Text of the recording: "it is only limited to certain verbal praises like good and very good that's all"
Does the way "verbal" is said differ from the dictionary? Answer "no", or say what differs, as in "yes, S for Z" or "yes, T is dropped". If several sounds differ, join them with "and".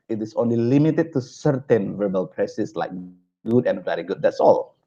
no